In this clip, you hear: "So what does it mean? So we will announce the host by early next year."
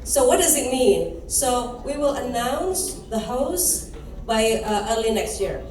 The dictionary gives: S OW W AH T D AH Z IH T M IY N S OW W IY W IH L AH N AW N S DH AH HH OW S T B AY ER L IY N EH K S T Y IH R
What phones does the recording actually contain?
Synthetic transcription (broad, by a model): S OW W AH T D AH Z IH T M IY N S OW W IY W IH L AH N AW N S DH AH HH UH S B AY ER L IY N EH K S T Y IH R